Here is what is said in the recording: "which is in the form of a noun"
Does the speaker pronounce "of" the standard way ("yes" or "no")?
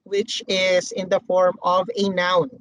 yes